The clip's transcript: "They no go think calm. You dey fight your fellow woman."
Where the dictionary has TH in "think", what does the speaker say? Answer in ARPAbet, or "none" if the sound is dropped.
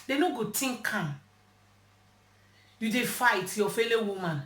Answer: T